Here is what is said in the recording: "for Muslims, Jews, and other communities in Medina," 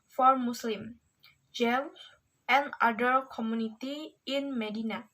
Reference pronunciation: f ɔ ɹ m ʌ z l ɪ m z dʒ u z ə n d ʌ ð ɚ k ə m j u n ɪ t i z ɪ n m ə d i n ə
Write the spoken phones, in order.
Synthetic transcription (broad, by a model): f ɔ ɹ m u s l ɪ m dʒ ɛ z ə n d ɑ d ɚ k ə m j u n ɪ t i ɪ n m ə d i n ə